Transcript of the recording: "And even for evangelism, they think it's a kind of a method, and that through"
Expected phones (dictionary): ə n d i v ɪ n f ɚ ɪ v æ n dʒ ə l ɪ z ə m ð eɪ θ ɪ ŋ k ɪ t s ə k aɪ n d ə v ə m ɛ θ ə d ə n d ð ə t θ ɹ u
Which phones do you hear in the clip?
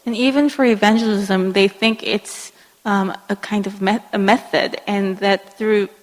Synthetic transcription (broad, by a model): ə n i v ɪ n f ɚ ɪ v æ n dʒ ə l ɪ z ə m ð eɪ θ ɪ ŋ k ɪ t s ə k aɪ n d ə v ə m ɛ θ ə d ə n ð ə t θ ɹ u